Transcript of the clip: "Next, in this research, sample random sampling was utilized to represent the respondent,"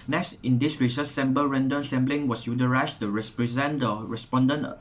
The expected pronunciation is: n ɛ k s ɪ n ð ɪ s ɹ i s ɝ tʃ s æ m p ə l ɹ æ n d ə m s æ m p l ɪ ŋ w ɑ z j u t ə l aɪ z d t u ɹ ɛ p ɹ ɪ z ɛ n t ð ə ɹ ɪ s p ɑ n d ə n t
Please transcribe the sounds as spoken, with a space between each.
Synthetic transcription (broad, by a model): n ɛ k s ɪ n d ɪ s ɹ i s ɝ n s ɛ m b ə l ɹ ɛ n d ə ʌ s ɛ m b l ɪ ŋ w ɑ s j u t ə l aɪ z t u ɹ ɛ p ɹ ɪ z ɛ n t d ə ɹ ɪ s p ɑ n d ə n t